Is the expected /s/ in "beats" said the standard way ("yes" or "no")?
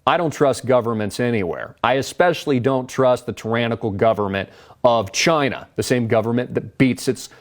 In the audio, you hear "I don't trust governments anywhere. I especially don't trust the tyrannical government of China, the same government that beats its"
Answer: yes